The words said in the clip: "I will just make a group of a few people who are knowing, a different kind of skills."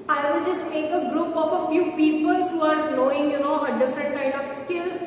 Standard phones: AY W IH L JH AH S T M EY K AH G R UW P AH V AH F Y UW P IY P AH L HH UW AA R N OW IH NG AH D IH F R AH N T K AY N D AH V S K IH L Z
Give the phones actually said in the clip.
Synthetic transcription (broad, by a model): AY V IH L JH AH S T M EY K AH G R UW P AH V AH F Y UW P IY P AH L HH UW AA R L OW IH NG AH D IH F R AH N T K AY N D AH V S K IH L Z